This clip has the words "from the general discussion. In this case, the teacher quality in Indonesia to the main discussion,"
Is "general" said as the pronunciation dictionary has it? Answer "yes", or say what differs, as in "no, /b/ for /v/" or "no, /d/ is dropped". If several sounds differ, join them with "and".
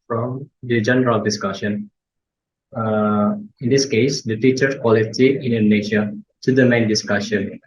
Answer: yes